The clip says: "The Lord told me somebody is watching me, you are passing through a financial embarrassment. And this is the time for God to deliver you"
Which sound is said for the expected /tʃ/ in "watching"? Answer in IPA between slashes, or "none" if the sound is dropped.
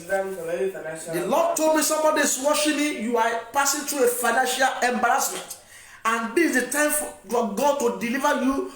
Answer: /ʃ/